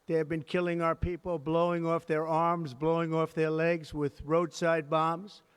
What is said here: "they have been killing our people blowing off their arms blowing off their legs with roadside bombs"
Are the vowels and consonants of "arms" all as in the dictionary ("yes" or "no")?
yes